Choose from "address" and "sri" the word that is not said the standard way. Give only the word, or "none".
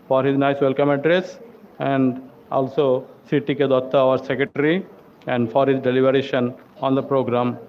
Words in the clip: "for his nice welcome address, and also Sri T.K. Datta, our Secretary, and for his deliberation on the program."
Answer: sri